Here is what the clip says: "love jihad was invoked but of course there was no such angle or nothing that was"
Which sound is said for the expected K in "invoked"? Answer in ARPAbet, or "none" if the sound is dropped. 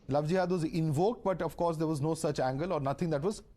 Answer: K